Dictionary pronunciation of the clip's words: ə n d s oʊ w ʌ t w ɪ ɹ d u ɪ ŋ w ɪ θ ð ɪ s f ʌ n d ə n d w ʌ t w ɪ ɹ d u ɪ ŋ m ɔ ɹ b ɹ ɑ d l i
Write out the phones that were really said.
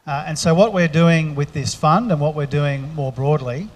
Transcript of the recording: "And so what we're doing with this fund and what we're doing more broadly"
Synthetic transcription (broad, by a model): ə n s oʊ w ʌ t w ɪ ɹ d u ɪ ŋ w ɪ ð ɪ s f ʌ n d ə n w ʌ t w ɪ ɹ d u ɪ ŋ m ɔ ɹ b ɹ ɑ d l i